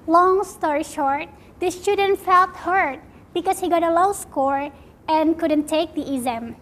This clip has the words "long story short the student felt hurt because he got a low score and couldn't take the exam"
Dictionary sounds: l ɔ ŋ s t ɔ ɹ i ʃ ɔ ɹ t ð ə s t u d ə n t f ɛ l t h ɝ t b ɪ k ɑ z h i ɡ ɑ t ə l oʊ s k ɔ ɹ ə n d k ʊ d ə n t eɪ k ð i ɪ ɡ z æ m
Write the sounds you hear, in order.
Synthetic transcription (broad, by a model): l ɔ ŋ s t ɔ ɹ i ʃ ɔ ɹ t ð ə s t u d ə n t f ɛ l t h ɝ t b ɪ k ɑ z h i ɡ ɑ t ə l oʊ s k ɔ ɹ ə n k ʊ d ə n t eɪ k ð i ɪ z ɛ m